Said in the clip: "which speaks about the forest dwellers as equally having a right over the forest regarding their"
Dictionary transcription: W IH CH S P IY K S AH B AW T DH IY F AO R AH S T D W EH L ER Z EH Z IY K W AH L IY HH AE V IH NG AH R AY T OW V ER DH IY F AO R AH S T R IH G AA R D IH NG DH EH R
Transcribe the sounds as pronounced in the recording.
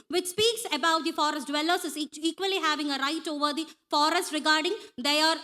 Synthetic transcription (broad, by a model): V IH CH S P IY K S AH B AW T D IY F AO R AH S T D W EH L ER S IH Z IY K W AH L IY HH AE V IH NG AH R AY T OW V ER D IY F AO R AH S T R IH G AA R D IH NG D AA R